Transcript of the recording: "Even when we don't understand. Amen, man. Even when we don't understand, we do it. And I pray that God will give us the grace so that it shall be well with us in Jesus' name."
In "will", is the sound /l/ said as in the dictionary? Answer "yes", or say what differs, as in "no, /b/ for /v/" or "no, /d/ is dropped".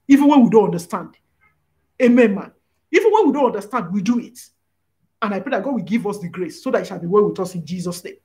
yes